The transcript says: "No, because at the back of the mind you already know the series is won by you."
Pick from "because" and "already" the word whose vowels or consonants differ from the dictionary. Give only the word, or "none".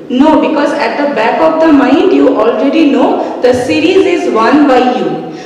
none